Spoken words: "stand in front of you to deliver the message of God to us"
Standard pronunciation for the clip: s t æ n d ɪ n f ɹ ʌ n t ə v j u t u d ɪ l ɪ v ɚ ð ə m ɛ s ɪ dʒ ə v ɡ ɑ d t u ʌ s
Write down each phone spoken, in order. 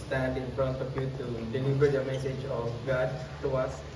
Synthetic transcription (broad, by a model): s t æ n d ɪ n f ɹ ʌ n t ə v j u t u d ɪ n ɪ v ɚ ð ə m ɛ s ɪ dʒ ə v ɡ ɑ d t u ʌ s